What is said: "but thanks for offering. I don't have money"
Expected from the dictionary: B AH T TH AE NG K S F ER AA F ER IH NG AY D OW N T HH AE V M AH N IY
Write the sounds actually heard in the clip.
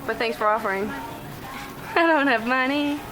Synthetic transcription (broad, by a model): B AH T TH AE NG S F ER AA F ER IH NG AY D OW N T HH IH V M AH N IY